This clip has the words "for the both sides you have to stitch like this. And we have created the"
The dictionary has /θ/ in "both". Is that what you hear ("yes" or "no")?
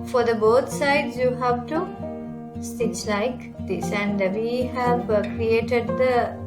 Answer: no